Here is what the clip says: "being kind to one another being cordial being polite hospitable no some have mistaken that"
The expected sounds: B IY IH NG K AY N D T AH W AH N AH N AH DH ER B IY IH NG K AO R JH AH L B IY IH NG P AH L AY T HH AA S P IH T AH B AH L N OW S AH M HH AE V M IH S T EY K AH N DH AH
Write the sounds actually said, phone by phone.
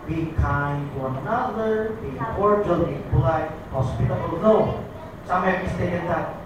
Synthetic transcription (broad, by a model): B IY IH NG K AY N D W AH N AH N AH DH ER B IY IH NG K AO R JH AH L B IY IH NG B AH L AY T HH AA S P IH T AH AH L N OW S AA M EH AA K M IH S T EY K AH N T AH